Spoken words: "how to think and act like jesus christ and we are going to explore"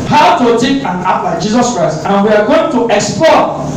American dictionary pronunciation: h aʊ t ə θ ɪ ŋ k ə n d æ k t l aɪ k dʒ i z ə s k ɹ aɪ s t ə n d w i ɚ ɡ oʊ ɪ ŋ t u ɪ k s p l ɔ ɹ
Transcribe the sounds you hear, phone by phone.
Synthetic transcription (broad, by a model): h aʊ t ə t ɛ k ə n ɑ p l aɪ dʒ i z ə s k ɹ aɪ s t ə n w i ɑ ɡ oʊ ɪ ŋ t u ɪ k s p l ɔ